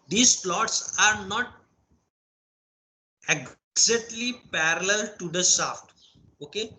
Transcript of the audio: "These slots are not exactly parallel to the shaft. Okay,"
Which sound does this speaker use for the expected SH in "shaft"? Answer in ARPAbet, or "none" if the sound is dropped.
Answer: S